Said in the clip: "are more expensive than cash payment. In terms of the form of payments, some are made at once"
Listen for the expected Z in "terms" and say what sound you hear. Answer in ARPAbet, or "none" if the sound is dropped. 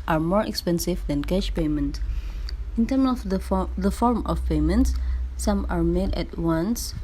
none